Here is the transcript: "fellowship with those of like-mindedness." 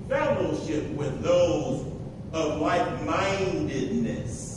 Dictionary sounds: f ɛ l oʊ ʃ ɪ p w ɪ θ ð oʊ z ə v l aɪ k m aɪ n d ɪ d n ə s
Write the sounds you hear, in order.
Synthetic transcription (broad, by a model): f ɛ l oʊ ʃ ɪ p w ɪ ð oʊ z ə v l aɪ k m aɪ n d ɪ d n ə s